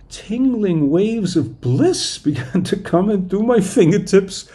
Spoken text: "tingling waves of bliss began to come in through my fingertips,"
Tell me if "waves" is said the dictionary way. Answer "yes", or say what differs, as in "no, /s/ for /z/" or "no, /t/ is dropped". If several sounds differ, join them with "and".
yes